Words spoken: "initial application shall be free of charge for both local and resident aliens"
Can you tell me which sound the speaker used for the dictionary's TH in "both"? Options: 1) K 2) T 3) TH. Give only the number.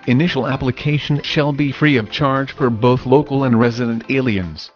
3